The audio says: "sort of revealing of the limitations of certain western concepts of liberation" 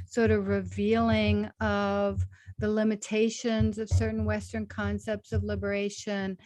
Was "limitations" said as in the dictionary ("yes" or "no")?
yes